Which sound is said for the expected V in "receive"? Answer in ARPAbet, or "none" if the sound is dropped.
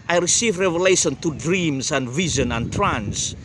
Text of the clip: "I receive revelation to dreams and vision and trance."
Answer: V